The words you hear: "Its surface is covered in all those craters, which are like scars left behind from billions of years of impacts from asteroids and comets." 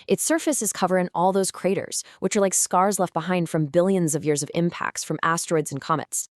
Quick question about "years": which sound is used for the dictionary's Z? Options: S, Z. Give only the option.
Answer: Z